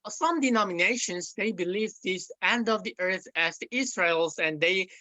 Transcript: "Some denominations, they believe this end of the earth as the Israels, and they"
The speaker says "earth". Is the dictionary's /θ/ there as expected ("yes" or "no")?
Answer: yes